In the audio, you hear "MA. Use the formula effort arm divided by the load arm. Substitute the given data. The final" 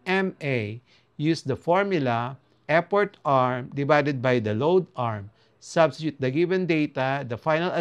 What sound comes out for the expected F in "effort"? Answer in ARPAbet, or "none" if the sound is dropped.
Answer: P